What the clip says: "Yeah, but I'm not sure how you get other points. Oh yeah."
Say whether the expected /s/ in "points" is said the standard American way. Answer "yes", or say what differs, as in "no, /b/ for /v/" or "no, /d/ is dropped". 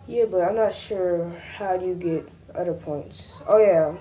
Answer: yes